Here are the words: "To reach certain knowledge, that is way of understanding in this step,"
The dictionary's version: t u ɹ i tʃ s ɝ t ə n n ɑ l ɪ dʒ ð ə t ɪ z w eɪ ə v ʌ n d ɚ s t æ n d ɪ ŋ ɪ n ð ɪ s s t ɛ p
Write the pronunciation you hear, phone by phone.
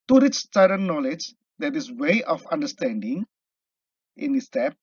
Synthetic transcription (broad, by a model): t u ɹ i s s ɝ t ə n n ɑ l ɪ dʒ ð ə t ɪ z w eɪ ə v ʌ n d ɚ s t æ n d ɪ ŋ ɪ n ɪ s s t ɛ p